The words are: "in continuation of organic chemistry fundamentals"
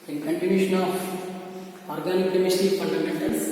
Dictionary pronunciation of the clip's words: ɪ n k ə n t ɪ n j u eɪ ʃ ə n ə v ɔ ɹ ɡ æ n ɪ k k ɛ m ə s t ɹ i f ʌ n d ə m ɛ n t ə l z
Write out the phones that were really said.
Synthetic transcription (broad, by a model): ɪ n k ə n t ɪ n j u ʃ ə n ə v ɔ ɹ ɡ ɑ n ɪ k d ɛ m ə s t i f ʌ n d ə m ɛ n t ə l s